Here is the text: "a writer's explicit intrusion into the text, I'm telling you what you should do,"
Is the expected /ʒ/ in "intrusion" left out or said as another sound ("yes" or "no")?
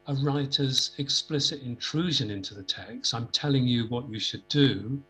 no